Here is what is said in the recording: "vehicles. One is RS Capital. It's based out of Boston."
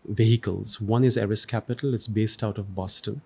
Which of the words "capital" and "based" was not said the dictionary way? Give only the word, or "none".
none